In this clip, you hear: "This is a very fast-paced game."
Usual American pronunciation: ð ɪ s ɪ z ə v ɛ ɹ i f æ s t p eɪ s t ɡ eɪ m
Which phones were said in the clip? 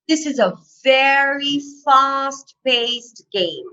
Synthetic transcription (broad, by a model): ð ɪ s ɪ z ə v ɛ ɹ i f æ s t b eɪ s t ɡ eɪ m